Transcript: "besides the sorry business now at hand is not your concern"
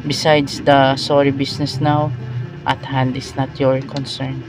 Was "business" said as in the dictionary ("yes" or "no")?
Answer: no